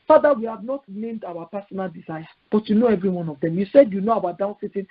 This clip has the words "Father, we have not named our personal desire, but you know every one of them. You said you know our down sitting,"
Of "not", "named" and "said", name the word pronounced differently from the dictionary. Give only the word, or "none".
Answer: none